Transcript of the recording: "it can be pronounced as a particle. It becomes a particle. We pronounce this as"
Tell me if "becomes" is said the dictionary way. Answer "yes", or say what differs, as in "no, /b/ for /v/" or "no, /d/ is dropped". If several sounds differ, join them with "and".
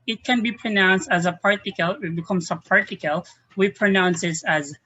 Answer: no, /s/ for /z/